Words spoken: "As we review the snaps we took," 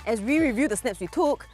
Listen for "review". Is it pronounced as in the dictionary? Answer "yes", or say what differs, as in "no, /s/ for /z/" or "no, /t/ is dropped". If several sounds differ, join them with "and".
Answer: yes